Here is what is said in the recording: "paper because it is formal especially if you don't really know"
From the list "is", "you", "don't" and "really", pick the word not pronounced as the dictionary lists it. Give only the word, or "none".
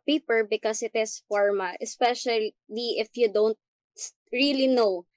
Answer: is